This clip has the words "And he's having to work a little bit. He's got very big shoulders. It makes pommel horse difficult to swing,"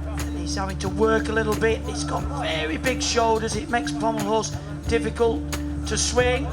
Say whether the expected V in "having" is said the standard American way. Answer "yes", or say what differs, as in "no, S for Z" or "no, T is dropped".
no, V is dropped